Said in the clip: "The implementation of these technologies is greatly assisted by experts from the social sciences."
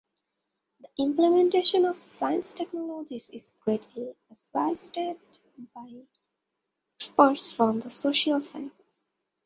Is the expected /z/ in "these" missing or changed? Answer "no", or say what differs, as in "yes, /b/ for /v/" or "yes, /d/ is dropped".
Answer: yes, /s/ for /z/